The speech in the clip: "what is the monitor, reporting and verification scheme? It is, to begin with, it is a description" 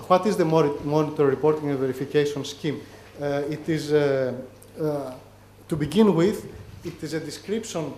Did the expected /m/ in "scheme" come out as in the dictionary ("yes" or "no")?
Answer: yes